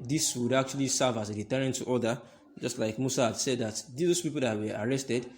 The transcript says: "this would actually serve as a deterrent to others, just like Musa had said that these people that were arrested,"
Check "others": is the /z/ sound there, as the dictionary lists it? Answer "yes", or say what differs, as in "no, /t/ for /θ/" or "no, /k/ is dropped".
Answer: no, /z/ is dropped